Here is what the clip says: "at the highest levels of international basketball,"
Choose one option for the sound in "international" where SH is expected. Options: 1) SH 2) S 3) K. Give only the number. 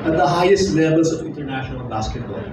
1